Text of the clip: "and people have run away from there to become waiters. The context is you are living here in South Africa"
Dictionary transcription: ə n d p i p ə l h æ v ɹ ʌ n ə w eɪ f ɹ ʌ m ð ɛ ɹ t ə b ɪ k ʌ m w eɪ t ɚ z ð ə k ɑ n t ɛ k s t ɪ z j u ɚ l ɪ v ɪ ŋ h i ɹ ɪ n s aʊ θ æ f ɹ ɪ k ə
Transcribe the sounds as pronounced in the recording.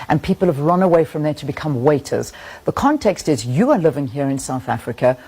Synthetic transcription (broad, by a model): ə n p i p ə l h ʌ v ɹ ʌ n ə w eɪ f ɹ ʌ m ð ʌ ɹ t ə b ɪ k ʌ m w eɪ t ɚ z ð ə k ɑ n t ɛ k s t ɪ z j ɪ ɚ l ɪ v ɪ ŋ h i ɹ ɪ n s aʊ θ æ f ɹ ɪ k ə